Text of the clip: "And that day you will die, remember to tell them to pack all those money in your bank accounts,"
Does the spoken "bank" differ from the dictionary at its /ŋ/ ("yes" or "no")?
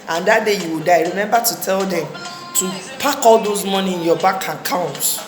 yes